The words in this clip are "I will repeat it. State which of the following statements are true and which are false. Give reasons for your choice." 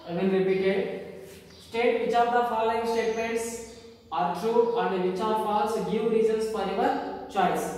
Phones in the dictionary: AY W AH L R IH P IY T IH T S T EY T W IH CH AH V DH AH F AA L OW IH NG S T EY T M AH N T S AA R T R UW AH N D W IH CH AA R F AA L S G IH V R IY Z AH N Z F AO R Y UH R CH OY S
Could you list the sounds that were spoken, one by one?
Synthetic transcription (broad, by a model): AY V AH N R IH P IY T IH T S T EY T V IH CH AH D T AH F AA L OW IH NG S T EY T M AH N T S AA R T R UW AH N D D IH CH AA R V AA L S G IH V R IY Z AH N S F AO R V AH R CH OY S